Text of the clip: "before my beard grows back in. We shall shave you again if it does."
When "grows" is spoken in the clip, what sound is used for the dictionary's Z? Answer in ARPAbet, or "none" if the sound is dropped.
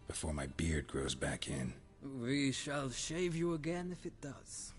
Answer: Z